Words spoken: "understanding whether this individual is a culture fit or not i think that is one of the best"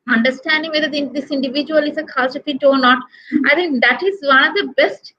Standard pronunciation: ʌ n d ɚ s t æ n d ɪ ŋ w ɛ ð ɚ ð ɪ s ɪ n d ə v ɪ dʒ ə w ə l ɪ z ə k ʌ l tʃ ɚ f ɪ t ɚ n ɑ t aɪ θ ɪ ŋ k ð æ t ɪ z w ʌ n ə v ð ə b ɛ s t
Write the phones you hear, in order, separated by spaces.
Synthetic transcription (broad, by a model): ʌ n d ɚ s t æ n d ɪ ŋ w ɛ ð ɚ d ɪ s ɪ n d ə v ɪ dʒ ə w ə l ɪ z ə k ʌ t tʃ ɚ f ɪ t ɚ n ɑ t aɪ t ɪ ŋ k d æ t ɪ z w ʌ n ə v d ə b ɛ s t